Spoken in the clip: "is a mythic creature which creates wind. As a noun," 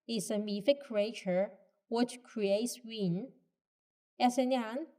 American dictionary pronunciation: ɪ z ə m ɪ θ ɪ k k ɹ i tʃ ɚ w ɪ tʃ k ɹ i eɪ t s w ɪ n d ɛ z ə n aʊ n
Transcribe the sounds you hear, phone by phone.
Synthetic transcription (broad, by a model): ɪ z ə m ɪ f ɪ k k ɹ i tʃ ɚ w ɪ tʃ k ɹ i eɪ t s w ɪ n ɛ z ə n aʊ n